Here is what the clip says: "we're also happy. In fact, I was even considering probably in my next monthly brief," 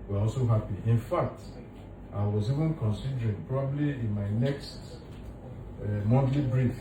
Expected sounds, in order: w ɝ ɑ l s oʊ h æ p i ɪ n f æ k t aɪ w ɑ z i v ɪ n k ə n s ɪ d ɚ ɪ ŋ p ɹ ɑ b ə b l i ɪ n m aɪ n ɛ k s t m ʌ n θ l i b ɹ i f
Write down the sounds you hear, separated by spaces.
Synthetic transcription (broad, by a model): w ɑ ɑ l s oʊ h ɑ p i ɪ n f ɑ k t aɪ w ɑ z i v ɪ n k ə n s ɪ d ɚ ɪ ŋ p ɹ ɑ b ə b l i ɪ n m aɪ n ɛ k s t m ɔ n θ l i b ɹ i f